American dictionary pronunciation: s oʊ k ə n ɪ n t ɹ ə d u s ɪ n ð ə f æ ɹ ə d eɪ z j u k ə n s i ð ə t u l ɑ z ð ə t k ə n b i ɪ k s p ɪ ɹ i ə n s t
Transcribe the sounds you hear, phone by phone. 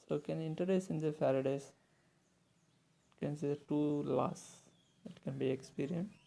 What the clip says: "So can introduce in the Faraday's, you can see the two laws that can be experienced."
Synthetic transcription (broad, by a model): s oʊ k ə n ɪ n t ə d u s ɪ n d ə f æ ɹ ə d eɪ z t k ə n s i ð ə t u l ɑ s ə t k ə n b i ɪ k s p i ɹ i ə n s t